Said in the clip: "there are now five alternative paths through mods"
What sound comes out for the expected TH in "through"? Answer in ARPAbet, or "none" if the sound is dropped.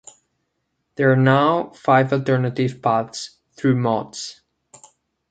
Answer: TH